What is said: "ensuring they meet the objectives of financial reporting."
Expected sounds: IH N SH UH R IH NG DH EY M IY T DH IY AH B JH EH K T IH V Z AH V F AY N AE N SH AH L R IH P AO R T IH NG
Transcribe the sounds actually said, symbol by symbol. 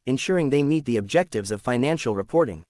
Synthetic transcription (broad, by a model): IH N SH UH R IH NG DH EY M IY T DH IY AH B JH EH K T IH V Z AH V F AY N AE N SH L R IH P AO R T IH NG